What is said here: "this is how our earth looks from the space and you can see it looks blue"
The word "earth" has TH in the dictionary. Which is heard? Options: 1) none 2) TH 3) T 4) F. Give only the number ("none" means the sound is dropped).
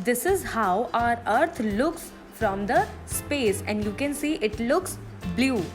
3